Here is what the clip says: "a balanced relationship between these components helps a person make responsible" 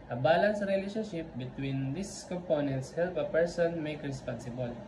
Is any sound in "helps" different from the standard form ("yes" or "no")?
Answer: yes